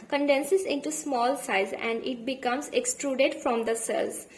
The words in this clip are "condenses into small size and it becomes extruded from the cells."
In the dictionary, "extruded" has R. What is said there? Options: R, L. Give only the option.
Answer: R